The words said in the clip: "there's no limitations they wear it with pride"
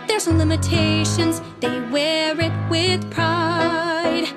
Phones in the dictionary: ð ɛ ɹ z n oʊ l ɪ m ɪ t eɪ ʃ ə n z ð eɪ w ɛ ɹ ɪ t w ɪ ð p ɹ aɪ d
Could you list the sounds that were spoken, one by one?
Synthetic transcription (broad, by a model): ð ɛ ɹ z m l ɪ m ɪ t eɪ ʃ ə n z ð eɪ w ɛ ɹ ɪ t w ɪ ð p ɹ aɪ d